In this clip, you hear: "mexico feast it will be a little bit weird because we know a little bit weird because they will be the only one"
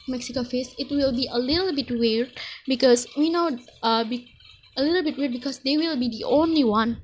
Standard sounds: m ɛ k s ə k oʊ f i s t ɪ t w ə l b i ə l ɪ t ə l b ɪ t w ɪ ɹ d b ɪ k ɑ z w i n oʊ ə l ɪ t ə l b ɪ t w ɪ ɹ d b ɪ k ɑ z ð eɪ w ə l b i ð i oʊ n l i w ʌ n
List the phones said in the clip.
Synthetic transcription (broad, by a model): m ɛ k s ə k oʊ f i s ɪ t w ə l b i ə l ɪ t ə l b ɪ t w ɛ ɹ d b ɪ k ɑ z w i n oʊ ə l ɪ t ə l b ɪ t w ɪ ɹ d b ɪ k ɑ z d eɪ w ə l b i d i oʊ n l i w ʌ n